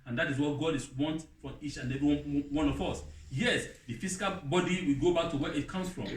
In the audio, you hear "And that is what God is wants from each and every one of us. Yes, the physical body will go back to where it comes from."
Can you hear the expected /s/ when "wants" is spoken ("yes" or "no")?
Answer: no